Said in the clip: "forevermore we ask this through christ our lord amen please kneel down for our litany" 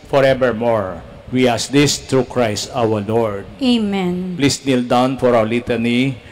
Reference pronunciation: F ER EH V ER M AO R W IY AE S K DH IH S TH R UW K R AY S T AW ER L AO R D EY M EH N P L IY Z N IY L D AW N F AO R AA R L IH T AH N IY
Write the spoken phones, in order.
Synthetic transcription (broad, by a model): F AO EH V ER M AO R W IY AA S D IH S T R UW K R AY S T AW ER L AO R D EY M EH N P L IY S N IY L D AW N F AO R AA W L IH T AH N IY